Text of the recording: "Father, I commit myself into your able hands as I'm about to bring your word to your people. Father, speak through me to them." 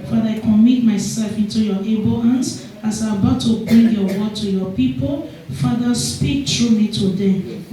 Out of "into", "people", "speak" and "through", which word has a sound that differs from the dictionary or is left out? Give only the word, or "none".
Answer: through